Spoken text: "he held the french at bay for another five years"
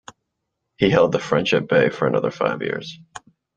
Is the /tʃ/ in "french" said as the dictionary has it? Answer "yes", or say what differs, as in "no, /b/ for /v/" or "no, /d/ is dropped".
no, /ʃ/ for /tʃ/